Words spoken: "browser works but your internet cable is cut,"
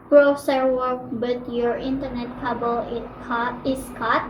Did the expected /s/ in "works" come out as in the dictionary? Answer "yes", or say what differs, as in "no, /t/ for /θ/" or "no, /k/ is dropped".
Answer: no, /s/ is dropped